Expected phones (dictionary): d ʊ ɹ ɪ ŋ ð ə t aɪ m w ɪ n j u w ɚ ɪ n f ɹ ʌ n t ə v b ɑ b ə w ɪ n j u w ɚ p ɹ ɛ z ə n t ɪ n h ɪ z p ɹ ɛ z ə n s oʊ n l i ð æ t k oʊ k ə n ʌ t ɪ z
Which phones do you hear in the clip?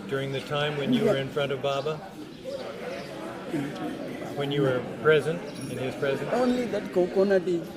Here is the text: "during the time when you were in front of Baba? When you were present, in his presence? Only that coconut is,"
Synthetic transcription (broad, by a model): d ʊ ɹ ɪ ŋ ð ə t aɪ m w ɪ n j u w ɚ ɪ n f ɹ ʌ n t ə v b ɑ b ə w ɪ n j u w ɚ p ɹ ɛ z ə n t ɪ n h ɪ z p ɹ ɛ z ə n oʊ n l i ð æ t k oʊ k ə n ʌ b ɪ